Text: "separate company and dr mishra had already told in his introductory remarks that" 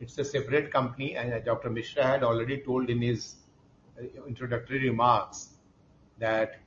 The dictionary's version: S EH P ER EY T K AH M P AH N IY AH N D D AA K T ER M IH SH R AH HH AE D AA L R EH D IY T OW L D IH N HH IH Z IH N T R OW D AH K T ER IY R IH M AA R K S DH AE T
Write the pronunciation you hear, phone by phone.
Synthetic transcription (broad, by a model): S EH P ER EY T K AH M P AH N IY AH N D D AA K T ER M IH SH R AH HH AE D AA L R EH D IY T OW L D IH N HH IH Z IH N T R OW D AH K T ER IY R IH M AA R K S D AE T